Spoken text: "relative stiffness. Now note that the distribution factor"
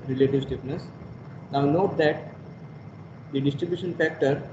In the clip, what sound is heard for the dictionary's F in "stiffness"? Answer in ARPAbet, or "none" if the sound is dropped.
P